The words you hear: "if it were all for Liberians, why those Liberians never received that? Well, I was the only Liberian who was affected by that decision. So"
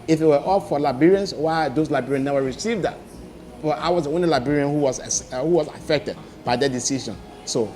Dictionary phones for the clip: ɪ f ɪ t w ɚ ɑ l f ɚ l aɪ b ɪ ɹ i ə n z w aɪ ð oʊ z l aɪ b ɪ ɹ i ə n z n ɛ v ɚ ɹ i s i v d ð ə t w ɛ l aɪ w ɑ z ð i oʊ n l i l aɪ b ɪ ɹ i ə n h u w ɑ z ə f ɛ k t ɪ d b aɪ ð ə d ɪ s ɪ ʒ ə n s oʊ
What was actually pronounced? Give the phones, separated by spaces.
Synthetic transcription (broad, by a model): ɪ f ɪ t w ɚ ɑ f f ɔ l aɪ b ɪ ɹ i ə n s w aɪ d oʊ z l aɪ b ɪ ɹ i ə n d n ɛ w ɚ ɹ i s i v d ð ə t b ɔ aɪ w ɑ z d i oʊ n l i l aɪ b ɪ ɹ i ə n h u w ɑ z ə f ɛ k t ɪ d b aɪ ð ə d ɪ s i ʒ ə n s oʊ